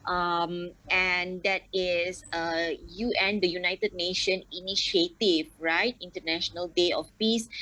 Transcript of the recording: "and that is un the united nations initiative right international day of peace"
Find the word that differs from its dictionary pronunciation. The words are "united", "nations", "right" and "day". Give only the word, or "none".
nations